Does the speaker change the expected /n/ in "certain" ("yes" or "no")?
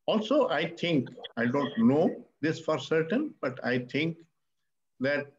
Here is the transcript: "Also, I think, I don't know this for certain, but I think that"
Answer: no